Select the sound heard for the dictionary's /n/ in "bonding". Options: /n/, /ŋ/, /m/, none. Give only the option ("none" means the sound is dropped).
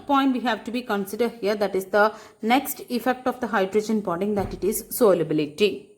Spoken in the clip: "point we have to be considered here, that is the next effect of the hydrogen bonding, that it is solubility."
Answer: none